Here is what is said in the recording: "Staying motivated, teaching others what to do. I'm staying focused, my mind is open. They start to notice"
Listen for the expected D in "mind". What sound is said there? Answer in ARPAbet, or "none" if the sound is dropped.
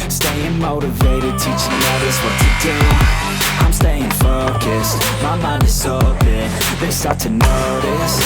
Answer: none